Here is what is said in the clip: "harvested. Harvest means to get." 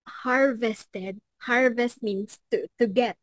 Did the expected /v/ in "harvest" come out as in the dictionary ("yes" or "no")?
yes